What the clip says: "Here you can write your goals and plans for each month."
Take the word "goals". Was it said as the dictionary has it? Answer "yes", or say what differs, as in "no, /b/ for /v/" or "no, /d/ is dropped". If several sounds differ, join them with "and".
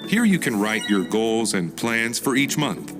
yes